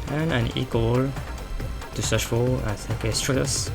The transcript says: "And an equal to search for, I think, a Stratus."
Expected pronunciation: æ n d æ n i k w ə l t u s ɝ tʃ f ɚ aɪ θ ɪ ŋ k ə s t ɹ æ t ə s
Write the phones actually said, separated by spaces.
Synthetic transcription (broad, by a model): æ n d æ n i k w ə l t u s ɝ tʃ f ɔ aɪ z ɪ k ə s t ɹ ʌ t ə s